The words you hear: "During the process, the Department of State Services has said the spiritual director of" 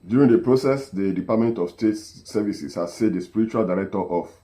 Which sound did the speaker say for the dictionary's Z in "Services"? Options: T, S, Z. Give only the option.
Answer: S